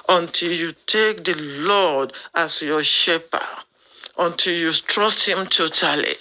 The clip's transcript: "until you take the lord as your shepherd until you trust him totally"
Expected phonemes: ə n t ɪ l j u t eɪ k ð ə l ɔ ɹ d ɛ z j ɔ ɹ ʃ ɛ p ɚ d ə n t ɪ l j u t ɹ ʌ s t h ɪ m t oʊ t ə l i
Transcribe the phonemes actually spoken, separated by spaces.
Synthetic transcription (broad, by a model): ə n t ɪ l j u t eɪ k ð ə l ɔ d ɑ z j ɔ ʃ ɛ p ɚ ə n t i l j u t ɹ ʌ s t h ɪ m t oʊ t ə l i